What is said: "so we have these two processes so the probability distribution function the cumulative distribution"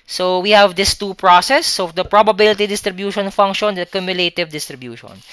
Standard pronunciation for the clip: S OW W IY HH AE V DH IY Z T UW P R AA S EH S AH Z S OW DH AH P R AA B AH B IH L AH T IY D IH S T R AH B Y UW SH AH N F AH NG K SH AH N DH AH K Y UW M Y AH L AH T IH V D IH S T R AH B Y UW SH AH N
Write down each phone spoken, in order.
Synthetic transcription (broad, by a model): S OW W IY HH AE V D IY S T UW P R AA S EH S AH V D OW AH P R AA B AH B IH L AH T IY D IH S T R AH B Y UW SH AH N F AH NG K SH AH N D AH K Y UW M Y AH L AH T IH V D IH S T R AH B Y UW SH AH N